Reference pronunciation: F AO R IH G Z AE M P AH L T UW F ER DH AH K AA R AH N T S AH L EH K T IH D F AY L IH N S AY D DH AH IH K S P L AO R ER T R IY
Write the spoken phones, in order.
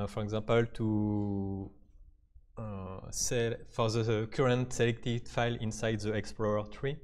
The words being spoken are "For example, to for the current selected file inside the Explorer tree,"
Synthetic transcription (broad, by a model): F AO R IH G Z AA P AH L T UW F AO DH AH K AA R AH N T S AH L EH K T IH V F AY L IH N S AY D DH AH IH K S P L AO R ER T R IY